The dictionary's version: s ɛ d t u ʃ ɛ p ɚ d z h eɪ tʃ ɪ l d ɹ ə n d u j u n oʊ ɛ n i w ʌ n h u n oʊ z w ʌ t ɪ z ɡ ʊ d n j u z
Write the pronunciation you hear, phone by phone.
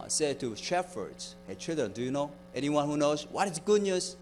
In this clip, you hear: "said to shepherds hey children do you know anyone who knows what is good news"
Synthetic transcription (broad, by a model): s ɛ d t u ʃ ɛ f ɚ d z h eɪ tʃ ɪ l d ɹ ə n d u j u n oʊ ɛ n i w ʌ n h u n oʊ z w ʌ t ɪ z ɡ ʊ d n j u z